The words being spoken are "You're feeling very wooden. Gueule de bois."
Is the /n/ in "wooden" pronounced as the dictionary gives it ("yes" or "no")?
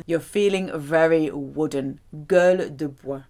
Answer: yes